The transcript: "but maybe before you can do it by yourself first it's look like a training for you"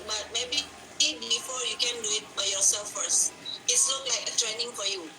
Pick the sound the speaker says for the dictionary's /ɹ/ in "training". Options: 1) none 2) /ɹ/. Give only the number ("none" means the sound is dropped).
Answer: 2